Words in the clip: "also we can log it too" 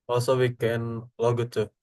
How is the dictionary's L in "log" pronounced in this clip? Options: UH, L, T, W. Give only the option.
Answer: L